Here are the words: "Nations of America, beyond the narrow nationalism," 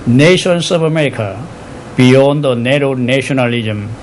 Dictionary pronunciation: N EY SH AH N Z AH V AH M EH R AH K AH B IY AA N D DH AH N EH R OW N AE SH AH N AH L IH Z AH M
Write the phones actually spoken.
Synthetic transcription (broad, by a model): N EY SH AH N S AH B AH M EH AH K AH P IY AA N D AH N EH R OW N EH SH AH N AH L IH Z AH M